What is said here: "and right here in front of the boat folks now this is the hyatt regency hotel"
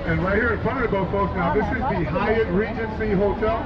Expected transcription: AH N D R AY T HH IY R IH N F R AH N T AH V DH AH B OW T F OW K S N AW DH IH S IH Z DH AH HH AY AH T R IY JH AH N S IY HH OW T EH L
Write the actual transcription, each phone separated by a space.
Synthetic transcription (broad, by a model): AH N R AY T HH IY R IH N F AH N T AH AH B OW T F OW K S N AW DH IH S IH Z DH AH HH AY AH T R IY JH AH N S IY HH OW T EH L